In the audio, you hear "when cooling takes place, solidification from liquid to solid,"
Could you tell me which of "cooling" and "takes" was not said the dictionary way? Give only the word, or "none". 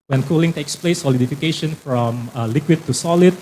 none